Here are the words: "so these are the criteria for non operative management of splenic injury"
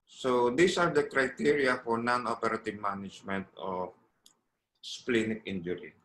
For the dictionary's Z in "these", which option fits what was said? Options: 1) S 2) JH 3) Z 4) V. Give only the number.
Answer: 1